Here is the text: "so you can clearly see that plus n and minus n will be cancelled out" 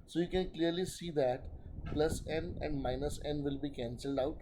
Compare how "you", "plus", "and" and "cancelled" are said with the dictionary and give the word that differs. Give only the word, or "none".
none